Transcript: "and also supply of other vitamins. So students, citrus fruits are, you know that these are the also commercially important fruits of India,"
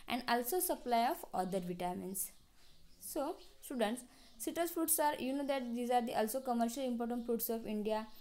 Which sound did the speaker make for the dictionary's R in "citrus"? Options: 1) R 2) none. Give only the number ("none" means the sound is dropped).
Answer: 2